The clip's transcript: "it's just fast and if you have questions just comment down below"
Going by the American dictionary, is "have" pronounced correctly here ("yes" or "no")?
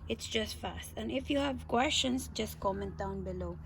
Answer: yes